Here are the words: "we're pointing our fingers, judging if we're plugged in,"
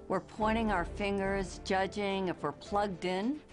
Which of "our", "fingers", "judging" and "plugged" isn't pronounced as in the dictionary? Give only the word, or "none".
none